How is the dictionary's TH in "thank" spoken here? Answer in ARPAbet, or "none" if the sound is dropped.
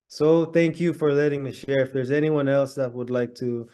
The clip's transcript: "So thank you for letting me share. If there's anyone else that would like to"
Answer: TH